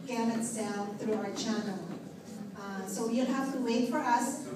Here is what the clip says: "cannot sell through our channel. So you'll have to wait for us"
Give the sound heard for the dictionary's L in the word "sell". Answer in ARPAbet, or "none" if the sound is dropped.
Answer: N